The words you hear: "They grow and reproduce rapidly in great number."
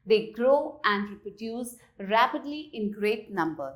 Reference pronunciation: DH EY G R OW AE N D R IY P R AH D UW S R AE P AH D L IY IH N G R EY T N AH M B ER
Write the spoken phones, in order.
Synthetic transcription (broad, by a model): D EY G R OW AE N D R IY P R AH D UW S R AE P AH D L IY IH N G R EY T N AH M B ER